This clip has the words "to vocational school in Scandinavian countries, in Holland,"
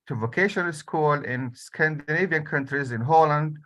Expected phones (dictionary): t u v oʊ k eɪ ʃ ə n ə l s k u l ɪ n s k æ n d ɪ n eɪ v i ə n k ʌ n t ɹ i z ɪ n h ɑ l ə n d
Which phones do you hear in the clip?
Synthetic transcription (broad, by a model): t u v oʊ k eɪ ʃ ə n ə l s k u l ɪ n s k æ n d ɪ n eɪ v i ə n k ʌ n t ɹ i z ɪ n h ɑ l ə n d